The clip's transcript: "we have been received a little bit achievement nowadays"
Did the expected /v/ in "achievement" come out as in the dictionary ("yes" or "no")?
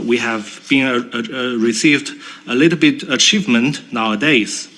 yes